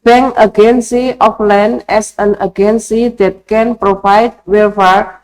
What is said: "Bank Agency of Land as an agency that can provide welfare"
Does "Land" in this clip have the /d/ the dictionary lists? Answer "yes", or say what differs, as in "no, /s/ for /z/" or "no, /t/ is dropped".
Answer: no, /d/ is dropped